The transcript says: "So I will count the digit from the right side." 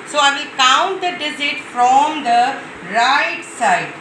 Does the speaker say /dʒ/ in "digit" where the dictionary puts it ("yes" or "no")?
no